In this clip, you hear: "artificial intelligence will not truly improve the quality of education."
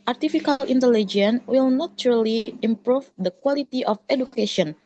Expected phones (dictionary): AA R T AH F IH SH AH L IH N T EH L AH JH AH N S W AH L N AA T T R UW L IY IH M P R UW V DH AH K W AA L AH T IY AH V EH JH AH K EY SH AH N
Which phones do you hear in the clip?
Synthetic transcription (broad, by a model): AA R T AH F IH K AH L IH N T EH L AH JH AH N W AH L N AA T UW R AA L IY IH M P R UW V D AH K W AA L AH T IY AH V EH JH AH K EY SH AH N